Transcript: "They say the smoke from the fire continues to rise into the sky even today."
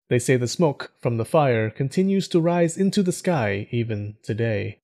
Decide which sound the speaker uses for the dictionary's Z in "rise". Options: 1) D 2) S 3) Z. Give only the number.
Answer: 3